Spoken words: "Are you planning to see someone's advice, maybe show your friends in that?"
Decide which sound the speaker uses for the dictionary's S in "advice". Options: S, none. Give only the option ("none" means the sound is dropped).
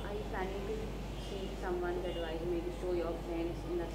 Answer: none